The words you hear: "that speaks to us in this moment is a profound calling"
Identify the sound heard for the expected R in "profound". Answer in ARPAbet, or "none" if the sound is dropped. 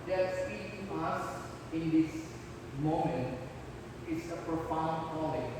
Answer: R